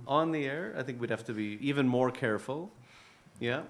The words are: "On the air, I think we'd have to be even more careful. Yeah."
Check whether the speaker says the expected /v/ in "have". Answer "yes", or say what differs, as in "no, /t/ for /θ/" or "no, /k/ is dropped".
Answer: no, /f/ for /v/